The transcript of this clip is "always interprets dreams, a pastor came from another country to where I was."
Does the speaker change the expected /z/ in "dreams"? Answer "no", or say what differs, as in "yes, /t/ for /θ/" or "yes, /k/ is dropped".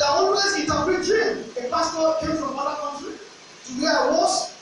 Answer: yes, /z/ is dropped